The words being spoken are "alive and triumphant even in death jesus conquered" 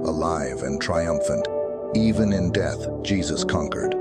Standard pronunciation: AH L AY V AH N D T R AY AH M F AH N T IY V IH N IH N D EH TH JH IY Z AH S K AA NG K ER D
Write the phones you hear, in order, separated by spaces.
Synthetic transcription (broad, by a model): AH L AY V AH N T R AY AH M F AH N T IY V IH N IH N D EH TH JH IY Z AH S K AA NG K ER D